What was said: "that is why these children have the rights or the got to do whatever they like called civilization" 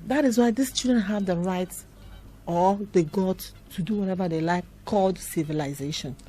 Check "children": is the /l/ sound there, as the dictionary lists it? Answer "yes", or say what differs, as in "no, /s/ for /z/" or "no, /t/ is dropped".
no, /l/ is dropped